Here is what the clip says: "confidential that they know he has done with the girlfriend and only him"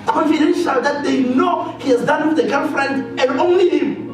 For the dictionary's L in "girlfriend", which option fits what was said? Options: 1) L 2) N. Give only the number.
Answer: 2